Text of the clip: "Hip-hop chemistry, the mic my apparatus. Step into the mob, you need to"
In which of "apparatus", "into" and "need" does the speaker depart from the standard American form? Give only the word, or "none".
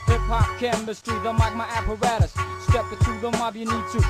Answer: into